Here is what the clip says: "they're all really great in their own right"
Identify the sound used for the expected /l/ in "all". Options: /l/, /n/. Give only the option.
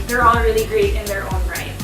/n/